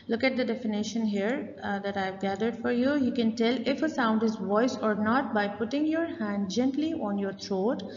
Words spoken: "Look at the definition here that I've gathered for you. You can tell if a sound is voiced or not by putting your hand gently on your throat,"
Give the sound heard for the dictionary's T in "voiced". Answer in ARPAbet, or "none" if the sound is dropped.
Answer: none